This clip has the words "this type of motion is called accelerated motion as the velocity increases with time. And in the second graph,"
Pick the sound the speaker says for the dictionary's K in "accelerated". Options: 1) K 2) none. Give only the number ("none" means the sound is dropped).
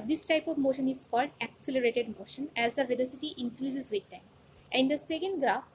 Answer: 1